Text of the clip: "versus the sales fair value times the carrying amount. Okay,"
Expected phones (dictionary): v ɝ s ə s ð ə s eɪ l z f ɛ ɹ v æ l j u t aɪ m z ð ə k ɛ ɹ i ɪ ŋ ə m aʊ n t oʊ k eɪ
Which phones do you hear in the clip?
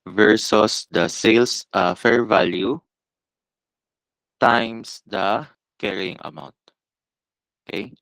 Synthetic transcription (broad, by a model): v ɝ s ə s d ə s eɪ l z f ɛ ɹ v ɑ l j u t aɪ m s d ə k ɛ ɹ i ɪ ŋ ə m aʊ n t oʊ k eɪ